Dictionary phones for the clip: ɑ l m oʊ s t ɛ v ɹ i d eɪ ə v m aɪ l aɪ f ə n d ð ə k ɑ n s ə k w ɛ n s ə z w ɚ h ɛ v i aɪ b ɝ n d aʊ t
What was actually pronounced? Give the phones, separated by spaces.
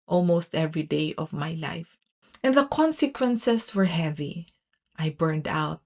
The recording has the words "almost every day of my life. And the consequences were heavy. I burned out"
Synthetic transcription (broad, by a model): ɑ l m oʊ s t ɛ v ɹ i d eɪ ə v m aɪ l aɪ f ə n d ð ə k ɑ n s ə k w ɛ n s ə s w ɚ h ɛ v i aɪ b ɝ n d aʊ t